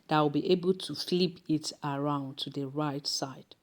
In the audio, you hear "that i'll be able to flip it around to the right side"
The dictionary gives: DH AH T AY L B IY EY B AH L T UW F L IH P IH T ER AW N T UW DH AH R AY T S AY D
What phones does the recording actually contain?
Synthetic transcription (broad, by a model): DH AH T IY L B IY EY B AH L T UW F L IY P IH T ER AW N T UW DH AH R AY T S AY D